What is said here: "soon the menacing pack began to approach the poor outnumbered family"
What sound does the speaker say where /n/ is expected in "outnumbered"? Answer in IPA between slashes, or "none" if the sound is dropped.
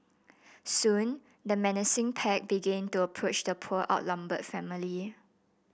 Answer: /l/